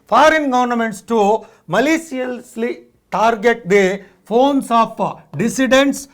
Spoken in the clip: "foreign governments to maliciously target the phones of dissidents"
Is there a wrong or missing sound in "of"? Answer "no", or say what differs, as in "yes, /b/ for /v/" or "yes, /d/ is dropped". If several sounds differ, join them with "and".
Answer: yes, /p/ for /v/